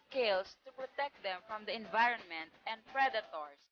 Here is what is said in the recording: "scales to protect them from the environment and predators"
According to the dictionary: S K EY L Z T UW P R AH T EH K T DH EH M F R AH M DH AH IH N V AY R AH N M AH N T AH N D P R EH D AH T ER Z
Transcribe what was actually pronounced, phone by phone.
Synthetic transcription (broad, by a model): K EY L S T UW P R AH T EH K T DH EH M F R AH M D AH IH N V AY R AH N M AH N T AH N D P R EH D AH T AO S